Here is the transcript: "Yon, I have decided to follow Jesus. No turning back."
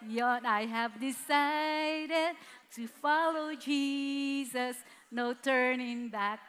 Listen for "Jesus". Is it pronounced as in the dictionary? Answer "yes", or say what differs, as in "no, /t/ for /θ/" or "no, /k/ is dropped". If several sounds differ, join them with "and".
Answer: yes